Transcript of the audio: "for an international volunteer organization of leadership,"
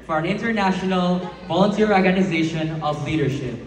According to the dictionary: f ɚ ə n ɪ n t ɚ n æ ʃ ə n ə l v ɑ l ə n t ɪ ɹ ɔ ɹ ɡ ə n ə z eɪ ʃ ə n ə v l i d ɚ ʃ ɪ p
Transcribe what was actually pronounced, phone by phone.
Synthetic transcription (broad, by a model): f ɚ ə n ɪ n t ɚ n æ ʃ ə n ə l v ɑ l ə n t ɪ ɹ ɔ ɹ ɡ ə n ə z eɪ ʃ ə n ə v l i d ɚ ʃ ɪ p